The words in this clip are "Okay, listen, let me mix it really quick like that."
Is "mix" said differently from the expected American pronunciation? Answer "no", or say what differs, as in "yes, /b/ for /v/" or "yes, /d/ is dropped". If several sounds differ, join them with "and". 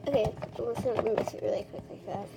yes, /k/ is dropped